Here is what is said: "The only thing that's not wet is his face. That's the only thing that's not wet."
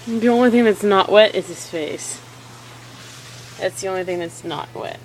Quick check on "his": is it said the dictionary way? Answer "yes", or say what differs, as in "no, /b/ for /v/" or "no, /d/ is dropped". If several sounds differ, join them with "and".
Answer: no, /s/ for /z/